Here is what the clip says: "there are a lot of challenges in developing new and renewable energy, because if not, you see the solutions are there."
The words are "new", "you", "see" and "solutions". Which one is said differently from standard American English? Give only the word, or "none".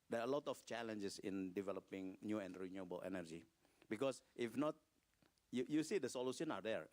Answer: solutions